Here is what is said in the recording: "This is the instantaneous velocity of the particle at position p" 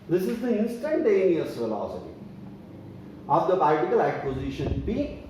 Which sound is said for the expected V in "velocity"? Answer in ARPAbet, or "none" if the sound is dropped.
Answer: F